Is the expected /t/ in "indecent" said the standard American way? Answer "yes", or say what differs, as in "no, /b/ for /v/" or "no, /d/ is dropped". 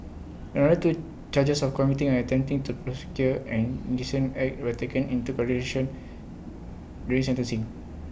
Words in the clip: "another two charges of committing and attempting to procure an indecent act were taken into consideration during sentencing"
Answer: no, /t/ is dropped